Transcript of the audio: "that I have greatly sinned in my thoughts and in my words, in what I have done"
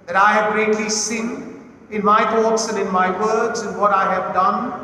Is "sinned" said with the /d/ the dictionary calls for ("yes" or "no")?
no